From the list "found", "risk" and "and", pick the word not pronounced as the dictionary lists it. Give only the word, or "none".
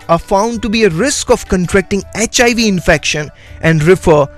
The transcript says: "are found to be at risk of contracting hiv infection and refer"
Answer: none